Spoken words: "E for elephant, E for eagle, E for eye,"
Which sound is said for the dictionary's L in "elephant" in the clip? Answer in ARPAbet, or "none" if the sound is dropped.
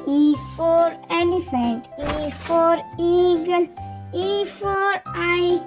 N